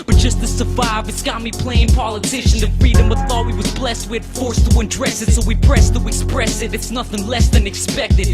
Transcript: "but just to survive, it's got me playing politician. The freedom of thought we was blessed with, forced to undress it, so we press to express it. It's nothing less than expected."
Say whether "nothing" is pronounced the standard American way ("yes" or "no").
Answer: yes